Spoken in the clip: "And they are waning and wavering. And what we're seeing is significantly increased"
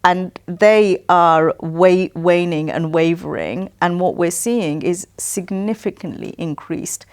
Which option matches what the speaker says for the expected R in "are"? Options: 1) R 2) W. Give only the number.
2